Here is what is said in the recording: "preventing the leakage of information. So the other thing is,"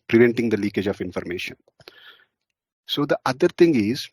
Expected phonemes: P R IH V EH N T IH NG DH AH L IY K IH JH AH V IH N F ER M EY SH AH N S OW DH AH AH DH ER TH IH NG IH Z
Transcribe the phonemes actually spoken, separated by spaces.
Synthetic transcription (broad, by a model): P R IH V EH N T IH NG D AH L IY K IH JH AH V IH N F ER M EY SH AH N S OW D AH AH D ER T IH NG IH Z